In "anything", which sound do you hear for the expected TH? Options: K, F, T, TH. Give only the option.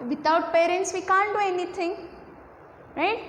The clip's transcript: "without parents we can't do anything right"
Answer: T